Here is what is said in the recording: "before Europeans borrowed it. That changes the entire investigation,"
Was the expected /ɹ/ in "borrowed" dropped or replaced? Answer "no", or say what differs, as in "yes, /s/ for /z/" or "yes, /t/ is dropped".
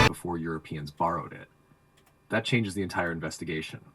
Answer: no